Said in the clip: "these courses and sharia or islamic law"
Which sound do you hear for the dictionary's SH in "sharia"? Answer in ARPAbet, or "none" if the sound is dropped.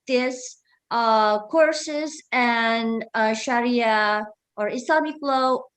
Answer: SH